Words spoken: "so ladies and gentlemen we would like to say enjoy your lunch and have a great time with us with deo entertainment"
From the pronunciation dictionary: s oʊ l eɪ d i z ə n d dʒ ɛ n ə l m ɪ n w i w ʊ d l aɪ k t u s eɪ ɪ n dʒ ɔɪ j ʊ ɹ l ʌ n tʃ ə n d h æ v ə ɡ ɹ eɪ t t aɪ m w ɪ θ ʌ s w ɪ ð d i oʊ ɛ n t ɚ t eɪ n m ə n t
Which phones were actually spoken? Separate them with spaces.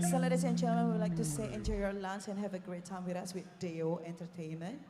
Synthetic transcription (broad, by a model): s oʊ l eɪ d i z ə n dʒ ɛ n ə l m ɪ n w i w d l aɪ k t u s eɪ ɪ n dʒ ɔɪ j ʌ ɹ l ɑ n s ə n h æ v ə ɡ ɹ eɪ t t aɪ m w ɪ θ ʌ s w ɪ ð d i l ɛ n t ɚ t eɪ n m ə n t